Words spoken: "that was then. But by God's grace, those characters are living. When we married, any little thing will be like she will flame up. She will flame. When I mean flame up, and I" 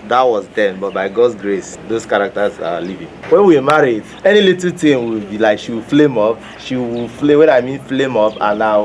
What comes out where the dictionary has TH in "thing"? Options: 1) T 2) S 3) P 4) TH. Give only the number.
1